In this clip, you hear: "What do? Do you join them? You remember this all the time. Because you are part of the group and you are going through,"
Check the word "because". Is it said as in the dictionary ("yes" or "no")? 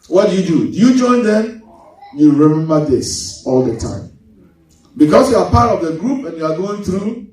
no